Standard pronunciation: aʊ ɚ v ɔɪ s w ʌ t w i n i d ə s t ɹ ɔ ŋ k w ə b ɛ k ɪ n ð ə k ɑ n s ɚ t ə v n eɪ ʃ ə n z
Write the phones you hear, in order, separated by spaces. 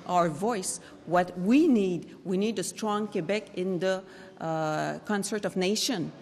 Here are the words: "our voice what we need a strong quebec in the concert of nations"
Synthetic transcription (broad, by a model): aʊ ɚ v ɔɪ s w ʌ t w i n i d ə s t ɹ ɔ ŋ k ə b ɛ k ɪ n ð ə k ɑ n s ɚ t ə v n eɪ ʃ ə n